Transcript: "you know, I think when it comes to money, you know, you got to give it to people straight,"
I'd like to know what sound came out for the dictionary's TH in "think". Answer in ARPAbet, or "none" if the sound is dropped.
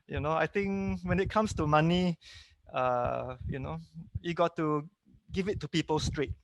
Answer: T